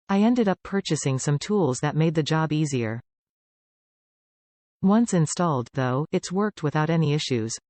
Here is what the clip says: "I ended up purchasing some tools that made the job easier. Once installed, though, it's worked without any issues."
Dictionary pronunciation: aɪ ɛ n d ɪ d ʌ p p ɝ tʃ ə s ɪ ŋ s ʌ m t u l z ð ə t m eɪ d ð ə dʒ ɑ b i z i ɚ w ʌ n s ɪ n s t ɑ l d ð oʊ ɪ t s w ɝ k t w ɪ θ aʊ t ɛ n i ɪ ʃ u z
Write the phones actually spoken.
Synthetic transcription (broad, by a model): aɪ ɛ n d ɪ d ʌ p p ɝ tʃ ə s ɪ ŋ s ʌ m t u l z ð ə t m eɪ d ð ə dʒ ɑ b i z i ɚ w ʌ n s ɪ n s t ɑ l d ð oʊ ɪ t s w ɝ k t w ɪ θ aʊ t ɛ n i ɪ ʃ u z